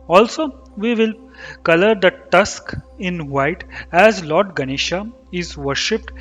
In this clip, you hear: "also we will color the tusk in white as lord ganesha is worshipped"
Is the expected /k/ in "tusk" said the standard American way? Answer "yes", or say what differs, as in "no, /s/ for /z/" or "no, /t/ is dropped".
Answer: yes